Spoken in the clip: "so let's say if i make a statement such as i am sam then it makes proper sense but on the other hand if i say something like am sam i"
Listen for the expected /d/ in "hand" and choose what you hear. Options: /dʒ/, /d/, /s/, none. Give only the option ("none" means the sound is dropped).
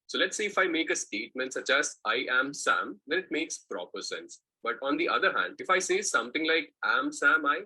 /d/